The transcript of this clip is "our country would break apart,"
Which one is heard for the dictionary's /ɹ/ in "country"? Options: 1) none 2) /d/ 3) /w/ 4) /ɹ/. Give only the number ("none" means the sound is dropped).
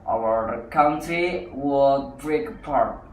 1